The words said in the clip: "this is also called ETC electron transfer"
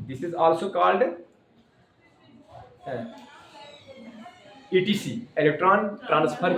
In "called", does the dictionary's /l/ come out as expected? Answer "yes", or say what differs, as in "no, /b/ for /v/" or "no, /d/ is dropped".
yes